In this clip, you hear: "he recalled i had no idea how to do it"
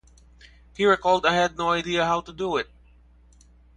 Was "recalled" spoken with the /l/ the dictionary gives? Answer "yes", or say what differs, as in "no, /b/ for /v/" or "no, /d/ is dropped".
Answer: yes